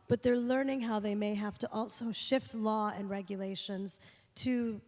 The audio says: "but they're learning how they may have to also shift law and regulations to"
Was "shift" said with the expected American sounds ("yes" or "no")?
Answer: yes